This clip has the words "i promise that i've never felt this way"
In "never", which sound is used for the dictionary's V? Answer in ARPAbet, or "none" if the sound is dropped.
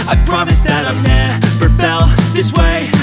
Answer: P